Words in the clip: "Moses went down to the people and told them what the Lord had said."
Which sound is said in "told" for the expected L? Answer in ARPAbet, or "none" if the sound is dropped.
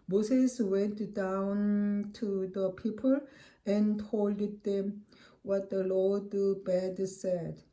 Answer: L